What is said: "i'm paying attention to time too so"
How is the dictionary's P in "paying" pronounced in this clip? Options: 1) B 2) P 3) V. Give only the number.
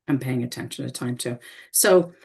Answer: 2